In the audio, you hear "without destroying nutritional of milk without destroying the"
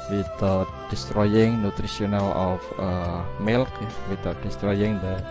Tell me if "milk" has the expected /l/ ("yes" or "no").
yes